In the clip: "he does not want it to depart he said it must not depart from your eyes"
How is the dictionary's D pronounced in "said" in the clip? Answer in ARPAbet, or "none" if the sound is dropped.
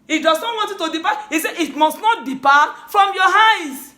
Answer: none